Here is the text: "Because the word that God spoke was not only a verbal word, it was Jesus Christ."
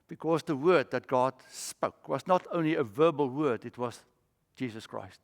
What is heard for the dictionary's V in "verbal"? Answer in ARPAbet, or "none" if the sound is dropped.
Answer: V